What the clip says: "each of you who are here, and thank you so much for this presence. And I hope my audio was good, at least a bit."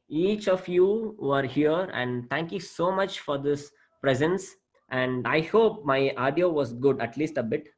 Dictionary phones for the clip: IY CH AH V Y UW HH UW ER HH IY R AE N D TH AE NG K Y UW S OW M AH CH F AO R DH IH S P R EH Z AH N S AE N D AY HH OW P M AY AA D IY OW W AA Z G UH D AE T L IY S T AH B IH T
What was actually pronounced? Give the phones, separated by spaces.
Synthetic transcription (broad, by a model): IY CH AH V Y UW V ER HH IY R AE N D T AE NG K Y UW S OW M AH CH F AO R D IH S P R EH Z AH N S AE N D AY HH OW P M AY AA D IY OW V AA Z G UH D AE T L IY S T AH B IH T